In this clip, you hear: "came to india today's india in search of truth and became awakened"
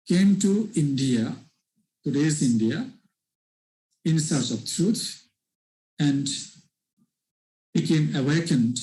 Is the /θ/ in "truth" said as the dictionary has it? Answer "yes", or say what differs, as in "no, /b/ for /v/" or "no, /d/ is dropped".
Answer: no, /t/ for /θ/